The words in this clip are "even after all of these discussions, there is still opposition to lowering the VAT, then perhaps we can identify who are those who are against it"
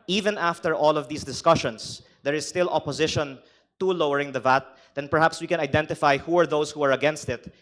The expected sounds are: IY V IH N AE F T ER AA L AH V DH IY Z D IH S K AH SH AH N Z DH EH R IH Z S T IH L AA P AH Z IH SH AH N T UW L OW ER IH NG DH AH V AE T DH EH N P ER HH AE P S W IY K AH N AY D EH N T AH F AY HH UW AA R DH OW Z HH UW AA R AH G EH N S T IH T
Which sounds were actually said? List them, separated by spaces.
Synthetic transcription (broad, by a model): IY V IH N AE F T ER AA L AH V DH IY S D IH S K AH SH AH N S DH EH R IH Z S T IH L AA P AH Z IH SH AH N T UW L OW ER IH NG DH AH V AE T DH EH N P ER HH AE P S W IY K AH N AY D EH N T AH F AY HH UW AA R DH OW S HH UW AA R AH G EH N S T IH T